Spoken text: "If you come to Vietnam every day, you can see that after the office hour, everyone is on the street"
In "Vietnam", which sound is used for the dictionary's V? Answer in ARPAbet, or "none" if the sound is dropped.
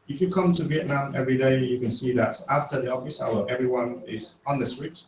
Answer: V